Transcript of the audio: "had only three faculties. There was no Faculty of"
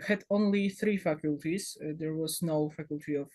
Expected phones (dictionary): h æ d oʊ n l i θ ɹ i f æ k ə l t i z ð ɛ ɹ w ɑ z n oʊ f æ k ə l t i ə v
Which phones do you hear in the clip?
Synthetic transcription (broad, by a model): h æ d oʊ n l i θ ɹ i f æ k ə l t i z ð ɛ ɹ w ɑ z n oʊ f æ k ə l t i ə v